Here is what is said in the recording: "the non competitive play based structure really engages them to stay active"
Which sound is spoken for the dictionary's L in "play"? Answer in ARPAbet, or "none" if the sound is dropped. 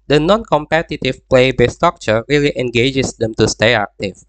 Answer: L